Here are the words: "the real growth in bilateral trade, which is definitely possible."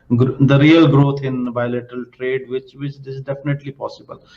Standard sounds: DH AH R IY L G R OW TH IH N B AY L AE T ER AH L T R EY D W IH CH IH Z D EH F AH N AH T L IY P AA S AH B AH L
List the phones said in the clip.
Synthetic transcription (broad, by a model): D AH R IY L G R OW T IH N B AY L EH T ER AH L T R EY D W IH CH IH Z D EH F AH N AH T L IY P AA S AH B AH L